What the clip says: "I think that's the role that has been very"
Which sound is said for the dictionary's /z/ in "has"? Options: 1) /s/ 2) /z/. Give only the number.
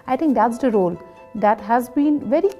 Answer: 2